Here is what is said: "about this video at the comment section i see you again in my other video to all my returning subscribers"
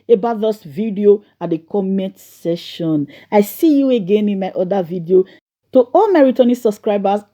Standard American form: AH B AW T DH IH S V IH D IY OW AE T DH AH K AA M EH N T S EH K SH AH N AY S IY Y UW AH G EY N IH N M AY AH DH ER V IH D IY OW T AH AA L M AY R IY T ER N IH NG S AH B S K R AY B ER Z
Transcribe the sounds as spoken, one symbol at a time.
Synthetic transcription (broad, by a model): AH B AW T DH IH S V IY D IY OW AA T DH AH K AA M EH N T S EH SH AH N AY S IY Y UW AH G EY N IH N M AY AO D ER V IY D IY OW T AH AA L M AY R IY T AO N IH S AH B S K R AY B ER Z